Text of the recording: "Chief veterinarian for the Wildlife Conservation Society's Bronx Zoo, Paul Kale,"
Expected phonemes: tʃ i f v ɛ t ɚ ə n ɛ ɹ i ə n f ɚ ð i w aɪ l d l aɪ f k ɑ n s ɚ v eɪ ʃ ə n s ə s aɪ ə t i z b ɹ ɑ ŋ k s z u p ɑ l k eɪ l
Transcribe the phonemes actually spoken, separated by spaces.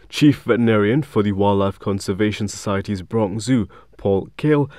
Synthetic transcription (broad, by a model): tʃ i f v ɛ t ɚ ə n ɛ ɹ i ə n f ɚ ð i w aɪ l l aɪ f k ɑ n s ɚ v eɪ ʃ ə n s ə s aɪ ə t i z b ɹ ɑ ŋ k z u p ɑ l k eɪ l